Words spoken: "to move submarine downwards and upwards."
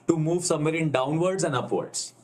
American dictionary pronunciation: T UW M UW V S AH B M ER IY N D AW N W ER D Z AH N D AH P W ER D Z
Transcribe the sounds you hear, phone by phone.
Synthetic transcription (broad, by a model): T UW M UW V S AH M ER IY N D AW N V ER D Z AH N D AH P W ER D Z